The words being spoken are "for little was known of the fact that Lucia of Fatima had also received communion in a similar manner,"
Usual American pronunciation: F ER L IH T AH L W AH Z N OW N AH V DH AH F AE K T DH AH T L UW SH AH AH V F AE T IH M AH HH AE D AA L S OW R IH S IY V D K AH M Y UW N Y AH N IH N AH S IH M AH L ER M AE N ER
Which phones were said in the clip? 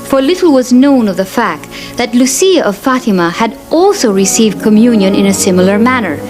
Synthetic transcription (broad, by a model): F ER L IH T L W AH Z N OW N AH V DH AH F AE K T DH AH T L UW S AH AH V F AE T IH M AH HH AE D AA L S OW R IH S IY V D K AH M Y UW N Y AH N IH N AH S IH M L ER M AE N ER